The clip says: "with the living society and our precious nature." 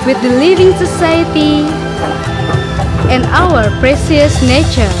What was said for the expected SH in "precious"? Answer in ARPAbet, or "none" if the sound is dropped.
S